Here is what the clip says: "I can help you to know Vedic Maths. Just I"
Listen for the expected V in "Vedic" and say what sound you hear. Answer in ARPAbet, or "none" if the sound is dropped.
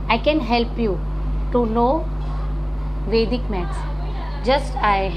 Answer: V